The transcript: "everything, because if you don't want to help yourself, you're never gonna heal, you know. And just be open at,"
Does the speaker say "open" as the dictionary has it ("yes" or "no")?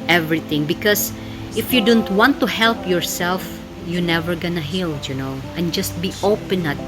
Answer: yes